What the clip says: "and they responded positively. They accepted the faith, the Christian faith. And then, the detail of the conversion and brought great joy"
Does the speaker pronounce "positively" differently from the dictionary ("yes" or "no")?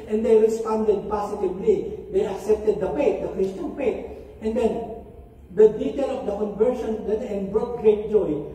yes